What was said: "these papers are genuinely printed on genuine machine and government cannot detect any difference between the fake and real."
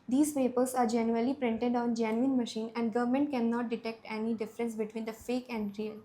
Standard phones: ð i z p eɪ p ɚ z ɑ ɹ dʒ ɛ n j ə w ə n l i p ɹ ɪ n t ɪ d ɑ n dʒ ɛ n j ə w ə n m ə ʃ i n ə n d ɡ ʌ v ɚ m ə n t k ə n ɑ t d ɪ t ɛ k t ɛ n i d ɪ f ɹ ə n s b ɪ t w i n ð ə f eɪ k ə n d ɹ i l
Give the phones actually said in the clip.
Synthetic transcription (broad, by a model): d i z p eɪ p ɚ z ɑ ɹ dʒ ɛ n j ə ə l i p ɹ ɪ n t ɪ d ɑ n dʒ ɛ n j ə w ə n m ə ʃ i n ə n d ɡ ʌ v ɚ m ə n t k ə n ɑ t d ɪ t ɛ k t ɛ n i d ɪ f ɹ ə n s b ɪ t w i n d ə f eɪ k ə n d ɹ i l